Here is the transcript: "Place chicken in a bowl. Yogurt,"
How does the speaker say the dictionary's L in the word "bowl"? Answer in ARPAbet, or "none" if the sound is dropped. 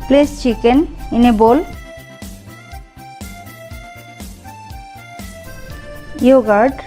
L